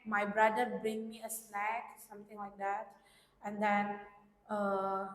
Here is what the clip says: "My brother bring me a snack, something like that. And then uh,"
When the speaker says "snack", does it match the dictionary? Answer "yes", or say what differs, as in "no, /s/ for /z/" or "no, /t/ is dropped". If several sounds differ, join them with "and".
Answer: no, /l/ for /n/